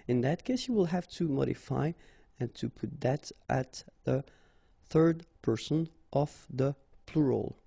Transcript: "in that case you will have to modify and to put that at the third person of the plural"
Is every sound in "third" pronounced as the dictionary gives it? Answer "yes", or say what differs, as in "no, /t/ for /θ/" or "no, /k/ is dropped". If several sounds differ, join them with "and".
yes